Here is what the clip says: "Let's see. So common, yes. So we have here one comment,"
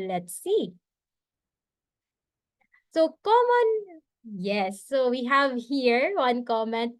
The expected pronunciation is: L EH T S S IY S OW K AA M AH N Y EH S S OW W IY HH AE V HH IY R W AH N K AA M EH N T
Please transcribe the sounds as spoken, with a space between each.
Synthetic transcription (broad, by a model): L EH T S S IY S OW K AA M AH N Y EH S S OW W IY HH AE V HH IY R W AH N K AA M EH N T